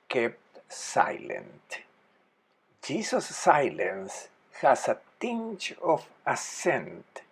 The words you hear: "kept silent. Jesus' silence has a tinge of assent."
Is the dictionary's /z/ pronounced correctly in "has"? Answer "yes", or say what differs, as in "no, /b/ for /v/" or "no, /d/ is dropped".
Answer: no, /s/ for /z/